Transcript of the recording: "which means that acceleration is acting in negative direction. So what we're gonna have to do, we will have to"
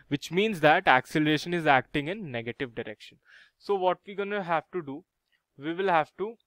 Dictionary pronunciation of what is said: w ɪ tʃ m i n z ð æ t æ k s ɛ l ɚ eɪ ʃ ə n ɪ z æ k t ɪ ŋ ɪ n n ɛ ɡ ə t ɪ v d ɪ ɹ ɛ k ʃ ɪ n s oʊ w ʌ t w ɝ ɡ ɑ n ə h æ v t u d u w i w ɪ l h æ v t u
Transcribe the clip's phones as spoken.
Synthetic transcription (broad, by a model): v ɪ tʃ m i n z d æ t æ k s ɛ l ɚ eɪ ʃ ə n ɪ z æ k t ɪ ŋ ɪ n n ɛ ɡ ə t ɪ v d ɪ ɹ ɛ k ʃ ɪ n s oʊ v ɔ t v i ɡ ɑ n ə h æ v t u d u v i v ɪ l h æ v t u